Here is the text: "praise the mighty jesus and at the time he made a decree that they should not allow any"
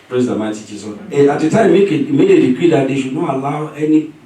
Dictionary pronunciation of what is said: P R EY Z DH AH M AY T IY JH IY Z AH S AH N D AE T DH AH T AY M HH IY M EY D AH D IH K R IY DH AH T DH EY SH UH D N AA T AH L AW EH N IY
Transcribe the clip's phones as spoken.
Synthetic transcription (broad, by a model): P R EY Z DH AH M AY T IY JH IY S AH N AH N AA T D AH T AY M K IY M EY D AH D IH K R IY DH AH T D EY SH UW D N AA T AH L AW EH N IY